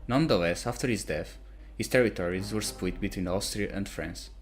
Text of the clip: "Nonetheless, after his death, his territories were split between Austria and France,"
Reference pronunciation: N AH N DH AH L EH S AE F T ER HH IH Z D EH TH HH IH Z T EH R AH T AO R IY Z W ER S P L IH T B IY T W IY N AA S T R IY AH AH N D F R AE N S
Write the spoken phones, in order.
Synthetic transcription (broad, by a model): N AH N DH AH L EH S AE F T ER HH IH Z D EH TH HH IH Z T EH R AH T AO R IY Z W ER S P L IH T B IY T W IY N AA S T R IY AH AH N D F R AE N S